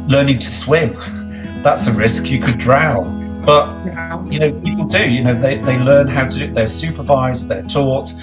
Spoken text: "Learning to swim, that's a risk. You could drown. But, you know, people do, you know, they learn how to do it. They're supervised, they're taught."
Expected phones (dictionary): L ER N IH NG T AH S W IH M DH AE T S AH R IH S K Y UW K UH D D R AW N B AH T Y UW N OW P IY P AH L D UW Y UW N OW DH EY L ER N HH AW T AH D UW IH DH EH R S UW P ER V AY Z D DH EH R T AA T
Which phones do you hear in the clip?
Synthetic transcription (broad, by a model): L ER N IH NG T AH S W IH M DH AE T S AH R IH S K Y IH K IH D D R AW L B AH T Y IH N OW P IY P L D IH Y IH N OW DH EY L ER N HH AW T AH IH DH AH R S UW P ER V AY Z DH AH R T AA T